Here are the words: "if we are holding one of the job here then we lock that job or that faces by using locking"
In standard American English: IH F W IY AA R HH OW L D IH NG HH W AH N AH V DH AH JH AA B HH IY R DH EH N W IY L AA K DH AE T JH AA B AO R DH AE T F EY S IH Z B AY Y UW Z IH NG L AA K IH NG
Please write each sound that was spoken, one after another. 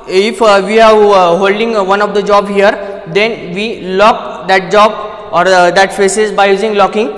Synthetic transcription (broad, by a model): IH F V IY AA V HH OW L D IH NG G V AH N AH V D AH JH AA B HH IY R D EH N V IY L AA K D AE T JH AA B AO R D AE T P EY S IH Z B AY Y UW Z IH NG L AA K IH NG